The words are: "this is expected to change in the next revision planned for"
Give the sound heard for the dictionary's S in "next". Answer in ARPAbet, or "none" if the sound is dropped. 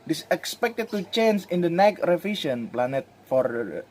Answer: none